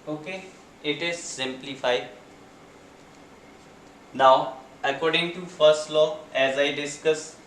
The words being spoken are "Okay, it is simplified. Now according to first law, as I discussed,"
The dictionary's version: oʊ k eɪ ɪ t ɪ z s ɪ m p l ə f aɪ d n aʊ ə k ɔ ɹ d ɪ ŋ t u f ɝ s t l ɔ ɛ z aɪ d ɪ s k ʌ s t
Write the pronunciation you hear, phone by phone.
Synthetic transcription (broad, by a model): oʊ k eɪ ɪ t ɪ z s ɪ m p l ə f aɪ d n aʊ ə k ɔ ɹ d ɪ ŋ t u f ɝ s t l ɔ ɛ z aɪ d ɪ s k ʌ s